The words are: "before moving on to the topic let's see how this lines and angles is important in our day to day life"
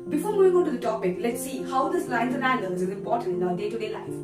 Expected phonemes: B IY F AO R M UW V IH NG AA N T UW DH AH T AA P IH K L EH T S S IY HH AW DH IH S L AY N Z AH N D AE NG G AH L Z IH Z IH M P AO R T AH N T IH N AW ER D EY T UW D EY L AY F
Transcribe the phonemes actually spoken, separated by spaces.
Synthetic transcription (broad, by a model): B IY F AO R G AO IH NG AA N T UW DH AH T AA P IH K L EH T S S IY HH AW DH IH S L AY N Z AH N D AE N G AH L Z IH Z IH M P AO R T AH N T IH N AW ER D EY T UW D EY L AY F